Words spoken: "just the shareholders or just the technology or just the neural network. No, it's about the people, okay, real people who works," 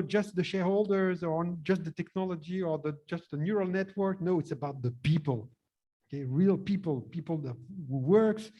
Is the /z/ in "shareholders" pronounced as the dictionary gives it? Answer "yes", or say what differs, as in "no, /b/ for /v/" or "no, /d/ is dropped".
yes